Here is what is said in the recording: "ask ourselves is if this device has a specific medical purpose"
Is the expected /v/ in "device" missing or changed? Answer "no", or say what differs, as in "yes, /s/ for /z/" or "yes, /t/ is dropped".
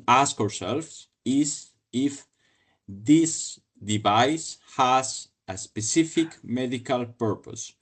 no